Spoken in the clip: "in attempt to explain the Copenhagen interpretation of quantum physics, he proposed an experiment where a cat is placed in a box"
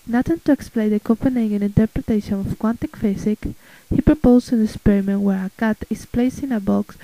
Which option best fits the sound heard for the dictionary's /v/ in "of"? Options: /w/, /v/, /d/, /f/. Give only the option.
/f/